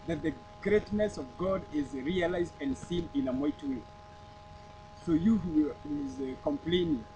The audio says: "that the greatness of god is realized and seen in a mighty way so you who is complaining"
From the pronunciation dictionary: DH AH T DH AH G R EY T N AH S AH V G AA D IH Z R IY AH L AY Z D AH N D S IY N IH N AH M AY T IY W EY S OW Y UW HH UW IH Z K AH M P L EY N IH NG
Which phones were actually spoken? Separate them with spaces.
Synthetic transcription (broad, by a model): DH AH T DH AH G R EY T N AH S AH V G AA D IH Z R IY AH L AY Z D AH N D S IY N IH N AH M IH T W EY S OW Y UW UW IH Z K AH M P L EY N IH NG